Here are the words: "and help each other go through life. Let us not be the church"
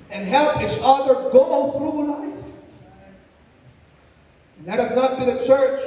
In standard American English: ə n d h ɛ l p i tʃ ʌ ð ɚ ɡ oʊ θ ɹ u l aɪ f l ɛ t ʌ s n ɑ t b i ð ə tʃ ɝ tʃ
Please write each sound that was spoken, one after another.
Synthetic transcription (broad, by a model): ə n h ɛ l p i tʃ ʌ ð ɚ ɡ oʊ θ ɹ u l aɪ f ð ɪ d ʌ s n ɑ t b i ð ə tʃ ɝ tʃ